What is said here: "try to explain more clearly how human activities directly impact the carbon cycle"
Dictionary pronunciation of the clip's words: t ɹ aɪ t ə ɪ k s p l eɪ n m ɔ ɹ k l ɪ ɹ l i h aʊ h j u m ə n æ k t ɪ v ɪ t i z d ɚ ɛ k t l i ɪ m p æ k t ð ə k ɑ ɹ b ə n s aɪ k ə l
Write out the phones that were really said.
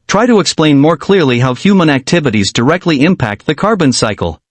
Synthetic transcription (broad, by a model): t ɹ aɪ t ə ɪ k s p l eɪ n m ɔ ɹ k l ɪ ɹ l i h aʊ h j u m ə n æ k t ɪ v ɪ t i z d ɚ ɛ k t l i ɪ m p æ k t ð ə k ɑ ɹ b ə n s aɪ k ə l